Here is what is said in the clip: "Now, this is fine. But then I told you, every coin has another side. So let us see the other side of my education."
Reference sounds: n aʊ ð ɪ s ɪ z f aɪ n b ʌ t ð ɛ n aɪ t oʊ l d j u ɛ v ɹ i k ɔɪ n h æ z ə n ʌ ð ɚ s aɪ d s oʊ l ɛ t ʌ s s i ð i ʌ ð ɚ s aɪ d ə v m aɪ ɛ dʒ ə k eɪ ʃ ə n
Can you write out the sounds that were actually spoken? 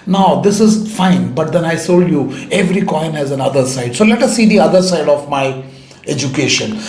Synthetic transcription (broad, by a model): n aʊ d ɪ s ɪ z f aɪ n b ʌ t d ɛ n aɪ s oʊ l d j u ɛ v ɹ i k ɔɪ n h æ z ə n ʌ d ɚ s aɪ d s oʊ l ɛ t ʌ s s i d i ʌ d ɚ s aɪ d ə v m aɪ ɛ dʒ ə k eɪ ʃ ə n